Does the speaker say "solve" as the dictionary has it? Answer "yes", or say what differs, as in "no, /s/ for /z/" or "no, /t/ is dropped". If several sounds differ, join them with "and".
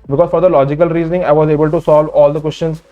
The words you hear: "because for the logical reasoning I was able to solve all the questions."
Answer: yes